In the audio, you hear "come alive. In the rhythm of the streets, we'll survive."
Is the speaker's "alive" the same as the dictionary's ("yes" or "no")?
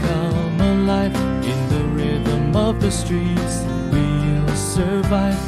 no